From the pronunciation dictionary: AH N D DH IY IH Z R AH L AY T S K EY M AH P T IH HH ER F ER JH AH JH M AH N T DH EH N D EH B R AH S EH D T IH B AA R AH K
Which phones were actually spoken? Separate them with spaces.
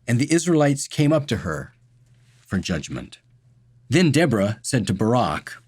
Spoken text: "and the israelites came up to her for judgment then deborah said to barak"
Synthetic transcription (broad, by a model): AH N DH IY IH Z R AH L AY T S K EY M AH P T IH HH ER F ER JH AH JH M AH N T DH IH N D EH B R AH S EH D T IH B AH R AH K